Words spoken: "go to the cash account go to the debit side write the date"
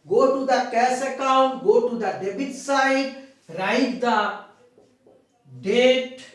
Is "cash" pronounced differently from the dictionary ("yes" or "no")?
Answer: yes